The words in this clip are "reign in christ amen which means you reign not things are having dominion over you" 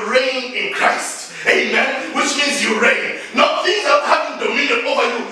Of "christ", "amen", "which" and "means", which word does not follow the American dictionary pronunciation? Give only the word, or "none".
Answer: means